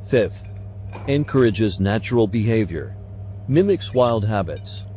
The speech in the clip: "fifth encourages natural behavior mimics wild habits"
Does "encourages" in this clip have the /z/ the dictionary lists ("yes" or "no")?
yes